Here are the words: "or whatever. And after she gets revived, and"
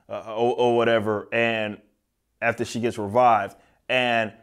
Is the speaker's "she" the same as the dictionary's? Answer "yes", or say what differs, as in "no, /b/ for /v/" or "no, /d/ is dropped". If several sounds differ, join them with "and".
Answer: yes